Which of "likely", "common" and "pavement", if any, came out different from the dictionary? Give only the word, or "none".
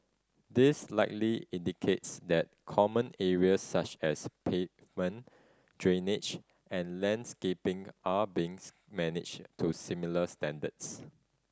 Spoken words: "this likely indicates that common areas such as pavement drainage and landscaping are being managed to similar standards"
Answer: pavement